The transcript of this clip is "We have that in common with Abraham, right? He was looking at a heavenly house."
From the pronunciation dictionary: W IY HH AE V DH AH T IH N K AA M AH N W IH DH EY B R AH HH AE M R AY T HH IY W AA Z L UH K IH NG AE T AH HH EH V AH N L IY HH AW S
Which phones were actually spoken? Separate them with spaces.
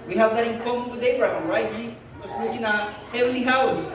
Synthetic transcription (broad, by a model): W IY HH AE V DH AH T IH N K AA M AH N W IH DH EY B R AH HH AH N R AY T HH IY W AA S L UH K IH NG AH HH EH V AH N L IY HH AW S